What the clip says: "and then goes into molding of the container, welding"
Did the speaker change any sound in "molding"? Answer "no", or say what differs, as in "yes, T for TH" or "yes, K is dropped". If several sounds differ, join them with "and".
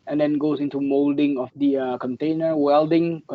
no